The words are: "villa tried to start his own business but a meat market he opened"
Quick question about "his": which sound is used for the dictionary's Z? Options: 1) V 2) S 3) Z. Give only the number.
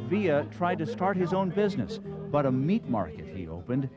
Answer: 3